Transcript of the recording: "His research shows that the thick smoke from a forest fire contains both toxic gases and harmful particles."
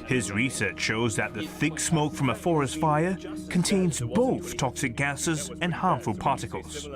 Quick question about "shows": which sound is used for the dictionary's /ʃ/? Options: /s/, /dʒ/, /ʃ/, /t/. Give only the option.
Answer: /ʃ/